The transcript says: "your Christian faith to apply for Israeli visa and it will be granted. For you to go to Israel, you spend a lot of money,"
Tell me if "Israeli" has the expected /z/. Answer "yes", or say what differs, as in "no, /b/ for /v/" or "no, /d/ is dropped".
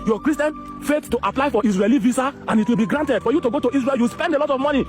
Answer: no, /s/ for /z/